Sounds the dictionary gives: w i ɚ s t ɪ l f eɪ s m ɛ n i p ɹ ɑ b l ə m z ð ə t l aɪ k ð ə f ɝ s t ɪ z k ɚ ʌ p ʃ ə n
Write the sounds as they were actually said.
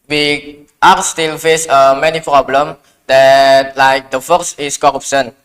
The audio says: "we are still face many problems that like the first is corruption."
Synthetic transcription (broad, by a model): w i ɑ s t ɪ l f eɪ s m ɛ n i p ɹ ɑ b l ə m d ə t l aɪ k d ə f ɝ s ɪ s k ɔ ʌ p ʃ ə n